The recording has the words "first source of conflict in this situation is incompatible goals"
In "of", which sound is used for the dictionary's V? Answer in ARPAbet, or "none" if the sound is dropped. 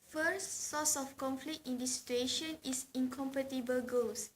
F